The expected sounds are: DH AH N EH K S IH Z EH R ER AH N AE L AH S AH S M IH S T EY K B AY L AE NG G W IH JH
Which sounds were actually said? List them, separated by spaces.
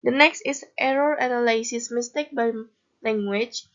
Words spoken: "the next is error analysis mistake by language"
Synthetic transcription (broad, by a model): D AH N EH K S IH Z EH R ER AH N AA L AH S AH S M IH S T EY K B AY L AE NG G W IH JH